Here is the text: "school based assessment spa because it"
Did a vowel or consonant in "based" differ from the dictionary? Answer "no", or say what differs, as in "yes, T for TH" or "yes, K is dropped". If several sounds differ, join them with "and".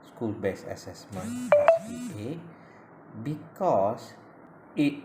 yes, T is dropped